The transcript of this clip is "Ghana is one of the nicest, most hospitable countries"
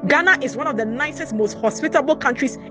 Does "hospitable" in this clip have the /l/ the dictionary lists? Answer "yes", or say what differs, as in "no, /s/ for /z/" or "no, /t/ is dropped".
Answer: yes